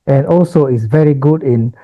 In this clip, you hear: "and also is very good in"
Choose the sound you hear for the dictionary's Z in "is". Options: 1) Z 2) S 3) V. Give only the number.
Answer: 2